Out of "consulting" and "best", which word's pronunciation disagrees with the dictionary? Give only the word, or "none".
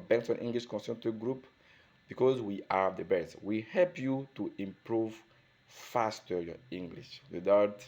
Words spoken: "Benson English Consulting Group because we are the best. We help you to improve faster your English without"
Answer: consulting